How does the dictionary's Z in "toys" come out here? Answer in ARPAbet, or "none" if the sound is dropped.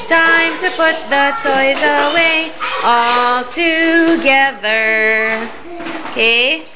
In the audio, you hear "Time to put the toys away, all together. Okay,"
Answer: Z